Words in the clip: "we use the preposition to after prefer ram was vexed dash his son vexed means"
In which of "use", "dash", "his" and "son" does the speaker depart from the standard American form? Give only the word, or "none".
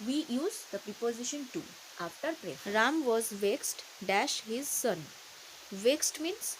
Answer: none